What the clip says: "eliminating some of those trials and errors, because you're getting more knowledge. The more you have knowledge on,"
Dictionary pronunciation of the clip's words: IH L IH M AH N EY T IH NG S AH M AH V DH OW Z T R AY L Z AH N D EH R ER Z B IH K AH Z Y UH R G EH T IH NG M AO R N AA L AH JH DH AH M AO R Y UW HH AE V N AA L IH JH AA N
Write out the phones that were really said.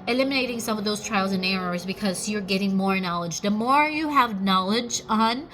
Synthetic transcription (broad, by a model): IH L IH M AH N EY T IH NG S AH M AH V DH OW Z T R AY L Z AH N EH R ER Z B IH K AH Z Y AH R G EH T IH NG M AO R N AA L AH JH DH AH M AO R Y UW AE V N AA L IH JH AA N